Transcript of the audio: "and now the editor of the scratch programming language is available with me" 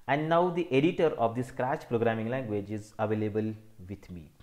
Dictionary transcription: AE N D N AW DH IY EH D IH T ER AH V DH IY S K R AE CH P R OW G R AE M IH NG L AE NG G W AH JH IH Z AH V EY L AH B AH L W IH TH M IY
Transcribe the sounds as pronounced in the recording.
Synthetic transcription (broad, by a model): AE N D N AW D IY EH D IH T ER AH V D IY S K R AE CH P R OW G R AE M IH NG L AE NG G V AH JH IH Z AH V EY L AH B AH L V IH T M IY